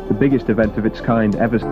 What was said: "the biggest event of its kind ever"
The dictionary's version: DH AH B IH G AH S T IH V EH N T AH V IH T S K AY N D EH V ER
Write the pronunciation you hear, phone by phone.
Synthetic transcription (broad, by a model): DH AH B IH G AH S T IH V EH N T AH V IH T S K AY N D EH V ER